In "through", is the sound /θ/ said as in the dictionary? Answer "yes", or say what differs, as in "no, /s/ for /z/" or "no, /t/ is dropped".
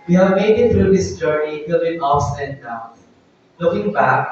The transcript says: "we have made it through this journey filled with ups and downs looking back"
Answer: no, /t/ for /θ/